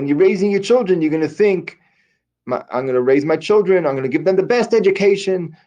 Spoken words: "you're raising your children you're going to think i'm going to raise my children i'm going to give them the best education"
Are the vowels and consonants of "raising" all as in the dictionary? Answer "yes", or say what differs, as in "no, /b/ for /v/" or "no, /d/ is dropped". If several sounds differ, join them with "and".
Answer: yes